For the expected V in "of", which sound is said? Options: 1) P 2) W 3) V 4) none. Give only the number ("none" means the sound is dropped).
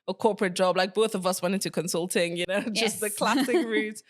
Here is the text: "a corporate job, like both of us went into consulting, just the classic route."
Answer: 3